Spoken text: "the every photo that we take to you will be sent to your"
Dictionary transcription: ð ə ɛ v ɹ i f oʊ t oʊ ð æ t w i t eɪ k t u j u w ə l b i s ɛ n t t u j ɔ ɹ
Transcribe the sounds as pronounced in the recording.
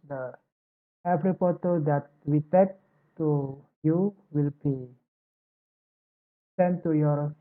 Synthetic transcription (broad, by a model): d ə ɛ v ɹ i p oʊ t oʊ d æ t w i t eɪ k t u j u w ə l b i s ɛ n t t u j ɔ ɹ